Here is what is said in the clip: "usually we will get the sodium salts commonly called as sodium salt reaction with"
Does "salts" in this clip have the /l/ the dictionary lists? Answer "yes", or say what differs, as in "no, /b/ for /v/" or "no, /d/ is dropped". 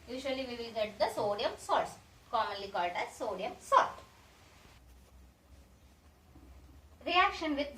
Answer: no, /l/ is dropped